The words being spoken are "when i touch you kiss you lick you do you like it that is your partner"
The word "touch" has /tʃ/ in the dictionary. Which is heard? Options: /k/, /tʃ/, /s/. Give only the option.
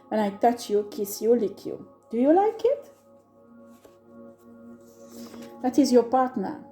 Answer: /tʃ/